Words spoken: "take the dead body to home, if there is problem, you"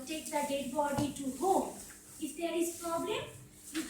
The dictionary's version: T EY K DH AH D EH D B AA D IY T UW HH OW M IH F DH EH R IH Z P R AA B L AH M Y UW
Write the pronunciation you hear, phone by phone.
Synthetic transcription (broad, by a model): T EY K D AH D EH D B AA D IY T UW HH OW IH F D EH R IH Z P R AA B L AH M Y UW